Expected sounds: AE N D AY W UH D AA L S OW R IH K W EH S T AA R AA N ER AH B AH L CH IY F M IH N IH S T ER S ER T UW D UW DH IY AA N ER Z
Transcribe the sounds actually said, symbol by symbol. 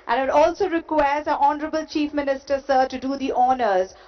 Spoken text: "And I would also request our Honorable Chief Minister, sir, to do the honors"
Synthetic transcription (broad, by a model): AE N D AY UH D AA L S OW R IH K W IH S AA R AA N ER AH B AH L CH IY F M IH N IH S T ER S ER T UW D UW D IY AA N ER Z